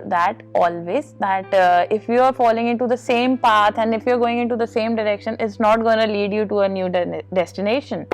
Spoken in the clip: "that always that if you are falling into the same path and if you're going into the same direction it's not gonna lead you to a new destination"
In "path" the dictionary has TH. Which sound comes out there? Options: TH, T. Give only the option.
T